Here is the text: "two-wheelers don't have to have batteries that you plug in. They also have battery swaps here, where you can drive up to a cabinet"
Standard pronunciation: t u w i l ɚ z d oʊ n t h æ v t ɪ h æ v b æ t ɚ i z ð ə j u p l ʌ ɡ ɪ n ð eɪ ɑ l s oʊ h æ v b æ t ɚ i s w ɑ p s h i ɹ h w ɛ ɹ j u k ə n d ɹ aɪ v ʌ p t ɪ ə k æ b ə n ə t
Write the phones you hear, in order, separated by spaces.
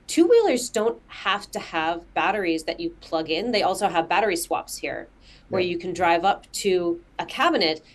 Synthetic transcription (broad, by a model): t u w i l ɚ z d oʊ n t h æ f t ɪ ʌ v b æ t ɚ i z ð ə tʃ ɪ p l ʌ ɡ ɪ n ð eɪ ɑ l s oʊ h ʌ v b æ t ɚ i s w ɑ p s h i ɹ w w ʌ ɹ j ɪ k n d ɹ aɪ v ʌ p t ɪ ə k æ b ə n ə t